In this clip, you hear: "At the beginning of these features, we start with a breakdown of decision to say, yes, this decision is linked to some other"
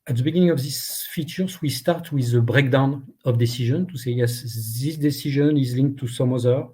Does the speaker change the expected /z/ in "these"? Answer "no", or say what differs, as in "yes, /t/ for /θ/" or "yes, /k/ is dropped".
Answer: yes, /s/ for /z/